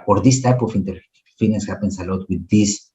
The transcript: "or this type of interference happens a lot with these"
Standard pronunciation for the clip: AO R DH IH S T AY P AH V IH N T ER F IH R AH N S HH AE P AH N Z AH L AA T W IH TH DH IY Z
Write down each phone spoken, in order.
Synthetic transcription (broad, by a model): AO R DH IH S T AY P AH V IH N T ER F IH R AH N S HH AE P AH N S AH L AA T W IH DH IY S